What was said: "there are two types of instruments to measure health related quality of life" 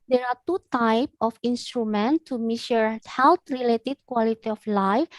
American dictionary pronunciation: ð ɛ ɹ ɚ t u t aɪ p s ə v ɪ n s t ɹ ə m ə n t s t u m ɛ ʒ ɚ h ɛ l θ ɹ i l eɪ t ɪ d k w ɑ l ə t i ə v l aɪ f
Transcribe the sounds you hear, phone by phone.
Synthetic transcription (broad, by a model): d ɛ ɹ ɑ t u t aɪ p ə f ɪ n s t ɹ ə m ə n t t u m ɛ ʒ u h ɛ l t ɹ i l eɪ t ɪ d k w ɑ l ə t i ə f l aɪ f